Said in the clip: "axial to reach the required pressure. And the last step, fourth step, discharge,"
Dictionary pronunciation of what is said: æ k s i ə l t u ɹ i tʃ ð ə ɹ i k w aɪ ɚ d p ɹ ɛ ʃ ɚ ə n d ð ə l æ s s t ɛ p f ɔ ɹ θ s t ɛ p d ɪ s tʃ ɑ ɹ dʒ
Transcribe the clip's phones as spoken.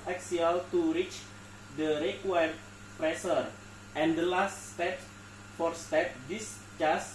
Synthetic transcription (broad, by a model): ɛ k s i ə l t u ɹ i tʃ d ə ɹ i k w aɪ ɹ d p ɹ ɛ s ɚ ə n d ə l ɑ s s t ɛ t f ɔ ɹ s t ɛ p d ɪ s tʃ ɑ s